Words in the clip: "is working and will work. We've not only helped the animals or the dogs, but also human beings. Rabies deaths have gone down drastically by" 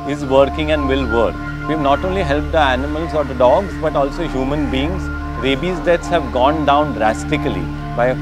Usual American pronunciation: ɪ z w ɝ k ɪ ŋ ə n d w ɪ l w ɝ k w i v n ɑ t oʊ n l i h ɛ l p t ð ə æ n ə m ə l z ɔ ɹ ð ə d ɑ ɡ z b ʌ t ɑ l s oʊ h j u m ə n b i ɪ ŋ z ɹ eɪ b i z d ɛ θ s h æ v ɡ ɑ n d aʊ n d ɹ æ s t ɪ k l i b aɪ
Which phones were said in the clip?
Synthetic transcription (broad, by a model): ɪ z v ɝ k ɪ ŋ ə n d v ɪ l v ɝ k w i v n ɑ t oʊ n l i h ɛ l p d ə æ n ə m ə l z ɔ ɹ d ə d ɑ ɡ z b ʌ t ɑ l s oʊ h j u m ə n b i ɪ ŋ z ɹ eɪ b i z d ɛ t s h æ v ɡ ɑ n d aʊ n d ɹ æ s t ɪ k l i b aɪ